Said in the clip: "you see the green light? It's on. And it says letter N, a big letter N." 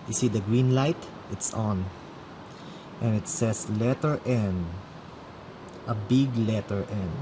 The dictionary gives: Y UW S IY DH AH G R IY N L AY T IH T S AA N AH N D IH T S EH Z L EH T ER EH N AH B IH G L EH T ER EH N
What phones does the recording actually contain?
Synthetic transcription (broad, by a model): Y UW S IY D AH G R IY N L AY T IH T S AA N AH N IH T S EH S L EH T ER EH N AH B IH G L EH T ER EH N